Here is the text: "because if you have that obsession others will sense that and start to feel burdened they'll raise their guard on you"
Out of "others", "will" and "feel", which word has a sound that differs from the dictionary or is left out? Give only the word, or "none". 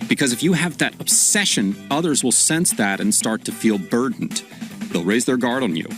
none